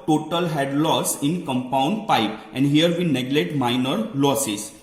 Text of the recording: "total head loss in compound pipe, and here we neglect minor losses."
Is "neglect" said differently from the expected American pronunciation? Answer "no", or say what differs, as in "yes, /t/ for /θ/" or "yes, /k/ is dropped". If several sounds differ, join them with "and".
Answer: yes, /k/ is dropped